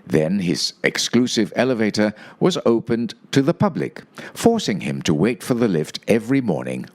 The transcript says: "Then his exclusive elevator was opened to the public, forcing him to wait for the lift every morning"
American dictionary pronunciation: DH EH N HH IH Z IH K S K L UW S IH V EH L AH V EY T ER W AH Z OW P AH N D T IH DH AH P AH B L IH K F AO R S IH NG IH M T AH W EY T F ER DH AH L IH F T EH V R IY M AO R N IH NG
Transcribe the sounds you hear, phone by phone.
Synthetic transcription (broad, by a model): DH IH N IH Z IH K S K L UW S IH V EH L AH V EY T ER W AH Z OW P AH N T IH DH AH P AH B L IH K F AO R S IH NG IH M T AH W EY T F ER DH AH L IH F T EH V R IY M AO R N IH NG